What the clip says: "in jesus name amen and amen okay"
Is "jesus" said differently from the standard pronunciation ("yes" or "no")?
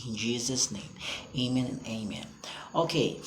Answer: no